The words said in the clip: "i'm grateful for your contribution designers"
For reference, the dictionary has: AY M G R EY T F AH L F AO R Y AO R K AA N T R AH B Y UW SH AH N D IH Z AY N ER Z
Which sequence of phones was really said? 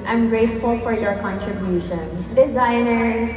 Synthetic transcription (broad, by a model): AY M G R EY T F AH L F AO R Y AO R K AA N T R AH B Y UW SH AH N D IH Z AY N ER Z